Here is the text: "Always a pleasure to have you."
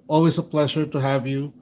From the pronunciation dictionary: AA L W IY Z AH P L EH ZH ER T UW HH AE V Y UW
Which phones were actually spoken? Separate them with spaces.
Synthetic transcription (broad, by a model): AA L W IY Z AH P L EH ZH ER T UW HH AE V Y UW